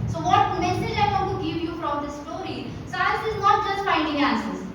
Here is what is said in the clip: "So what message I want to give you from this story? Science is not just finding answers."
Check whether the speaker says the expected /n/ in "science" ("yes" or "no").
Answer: no